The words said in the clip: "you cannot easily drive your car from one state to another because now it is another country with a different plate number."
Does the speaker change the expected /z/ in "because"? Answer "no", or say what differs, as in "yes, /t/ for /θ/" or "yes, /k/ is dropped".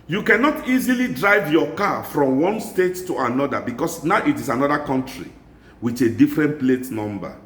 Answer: yes, /s/ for /z/